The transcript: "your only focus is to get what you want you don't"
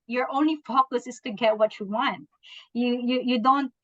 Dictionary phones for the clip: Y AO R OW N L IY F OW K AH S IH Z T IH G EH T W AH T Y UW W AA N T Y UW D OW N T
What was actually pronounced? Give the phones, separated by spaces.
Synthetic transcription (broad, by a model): Y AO R OW N L IY F OW K AH S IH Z T IH G EH T W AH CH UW W AA N T Y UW D OW N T